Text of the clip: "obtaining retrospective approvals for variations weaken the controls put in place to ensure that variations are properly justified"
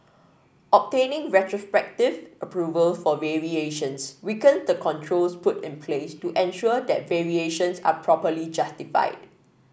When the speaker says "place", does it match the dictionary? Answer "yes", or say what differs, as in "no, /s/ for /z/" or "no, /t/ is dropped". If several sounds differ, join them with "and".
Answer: yes